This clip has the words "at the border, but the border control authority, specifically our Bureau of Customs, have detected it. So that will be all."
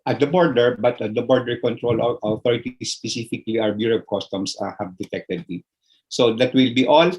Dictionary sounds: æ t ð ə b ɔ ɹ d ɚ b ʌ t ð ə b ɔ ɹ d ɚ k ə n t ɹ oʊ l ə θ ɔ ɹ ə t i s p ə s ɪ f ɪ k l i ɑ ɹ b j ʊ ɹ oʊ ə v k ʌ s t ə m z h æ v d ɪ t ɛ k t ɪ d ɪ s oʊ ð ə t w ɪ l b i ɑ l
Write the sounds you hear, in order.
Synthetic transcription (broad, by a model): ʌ t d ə b ɔ ɹ d ɚ b ʌ t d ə b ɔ ɹ d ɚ k ə n t ɹ oʊ l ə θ ɔ ɹ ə t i s p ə s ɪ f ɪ k l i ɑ w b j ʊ ɹ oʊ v k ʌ s t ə m s h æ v d ɪ t ɛ k t ɪ d ɪ s oʊ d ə t w ɪ l b i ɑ l